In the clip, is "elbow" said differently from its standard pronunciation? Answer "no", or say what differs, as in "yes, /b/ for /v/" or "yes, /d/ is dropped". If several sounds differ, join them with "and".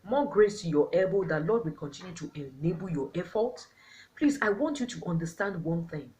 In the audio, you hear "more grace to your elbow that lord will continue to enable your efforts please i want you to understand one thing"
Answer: yes, /l/ is dropped